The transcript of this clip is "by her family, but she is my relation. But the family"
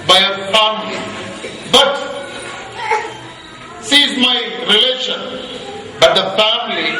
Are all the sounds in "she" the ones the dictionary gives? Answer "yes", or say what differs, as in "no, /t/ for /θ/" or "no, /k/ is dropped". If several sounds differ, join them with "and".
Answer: no, /s/ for /ʃ/